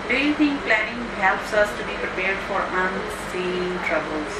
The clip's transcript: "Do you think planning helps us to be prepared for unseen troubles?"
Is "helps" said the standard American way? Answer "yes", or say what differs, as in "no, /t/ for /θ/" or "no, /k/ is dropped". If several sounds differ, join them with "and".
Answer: yes